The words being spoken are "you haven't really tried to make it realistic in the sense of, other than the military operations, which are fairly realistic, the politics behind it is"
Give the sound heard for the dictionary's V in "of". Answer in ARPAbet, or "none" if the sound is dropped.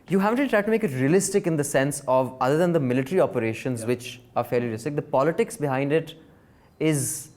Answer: V